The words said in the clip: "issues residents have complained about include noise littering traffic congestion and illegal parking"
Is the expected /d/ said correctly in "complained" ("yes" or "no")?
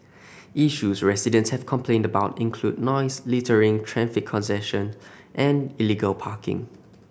yes